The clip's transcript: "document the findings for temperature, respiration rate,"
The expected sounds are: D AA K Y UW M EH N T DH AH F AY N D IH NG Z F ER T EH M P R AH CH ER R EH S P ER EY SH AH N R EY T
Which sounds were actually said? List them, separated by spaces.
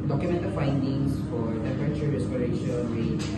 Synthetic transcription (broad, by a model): D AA K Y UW M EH N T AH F AY N D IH NG S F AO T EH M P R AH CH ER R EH S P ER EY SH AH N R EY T